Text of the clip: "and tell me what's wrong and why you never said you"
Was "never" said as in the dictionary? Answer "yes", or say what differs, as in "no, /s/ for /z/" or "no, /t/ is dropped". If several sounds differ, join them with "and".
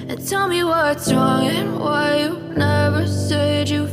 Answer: yes